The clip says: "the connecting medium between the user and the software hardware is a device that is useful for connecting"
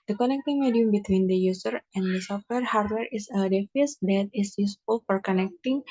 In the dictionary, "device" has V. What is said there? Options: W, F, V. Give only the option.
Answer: F